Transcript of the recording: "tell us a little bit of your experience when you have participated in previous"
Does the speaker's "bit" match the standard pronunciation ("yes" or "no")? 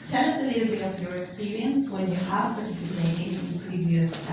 no